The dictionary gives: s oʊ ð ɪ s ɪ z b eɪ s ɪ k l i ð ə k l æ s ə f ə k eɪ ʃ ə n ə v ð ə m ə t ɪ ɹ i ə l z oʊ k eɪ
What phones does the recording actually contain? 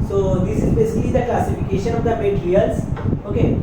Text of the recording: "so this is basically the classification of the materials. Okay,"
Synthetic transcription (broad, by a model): s oʊ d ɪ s ɪ z b eɪ s ɪ k l i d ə k l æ s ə f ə k eɪ ʃ ə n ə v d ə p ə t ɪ ɹ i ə l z oʊ k eɪ